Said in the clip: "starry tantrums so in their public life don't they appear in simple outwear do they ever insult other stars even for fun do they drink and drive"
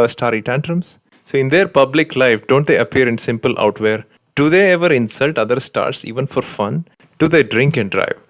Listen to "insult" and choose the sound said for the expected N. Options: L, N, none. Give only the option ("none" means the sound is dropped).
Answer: N